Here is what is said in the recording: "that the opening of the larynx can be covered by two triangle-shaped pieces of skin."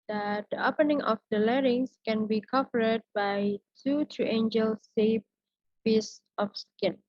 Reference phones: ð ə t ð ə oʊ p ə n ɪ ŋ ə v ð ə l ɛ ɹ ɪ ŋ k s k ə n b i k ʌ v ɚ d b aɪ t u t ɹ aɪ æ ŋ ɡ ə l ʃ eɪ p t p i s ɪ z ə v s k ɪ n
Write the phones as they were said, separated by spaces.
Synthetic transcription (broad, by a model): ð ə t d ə oʊ p ə n ɪ ŋ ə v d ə l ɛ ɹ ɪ ŋ s k ə n b i k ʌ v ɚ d b aɪ t u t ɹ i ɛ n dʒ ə l s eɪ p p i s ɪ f s k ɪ n